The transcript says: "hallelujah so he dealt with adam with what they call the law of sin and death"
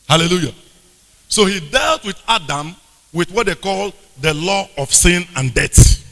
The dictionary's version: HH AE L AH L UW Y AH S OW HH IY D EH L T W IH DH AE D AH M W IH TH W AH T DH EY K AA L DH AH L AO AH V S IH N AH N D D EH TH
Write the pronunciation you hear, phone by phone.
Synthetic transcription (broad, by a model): HH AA L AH L UW Y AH S OW HH IY D EH L T W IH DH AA D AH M W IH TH W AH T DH EY K AA L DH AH L AO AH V S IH N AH N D D EH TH